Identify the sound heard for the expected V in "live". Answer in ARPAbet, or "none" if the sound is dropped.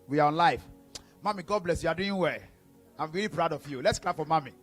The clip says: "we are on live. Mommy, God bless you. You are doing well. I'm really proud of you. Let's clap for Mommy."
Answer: F